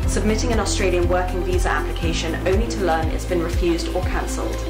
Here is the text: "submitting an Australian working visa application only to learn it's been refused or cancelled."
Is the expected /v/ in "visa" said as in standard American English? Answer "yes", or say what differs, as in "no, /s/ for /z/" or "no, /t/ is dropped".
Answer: yes